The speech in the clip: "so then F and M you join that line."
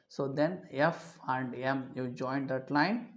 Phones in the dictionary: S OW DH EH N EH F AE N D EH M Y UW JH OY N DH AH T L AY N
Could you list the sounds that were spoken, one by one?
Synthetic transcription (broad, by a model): S OW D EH N EH F AE N D EH M Y UW JH OY N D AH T L AY N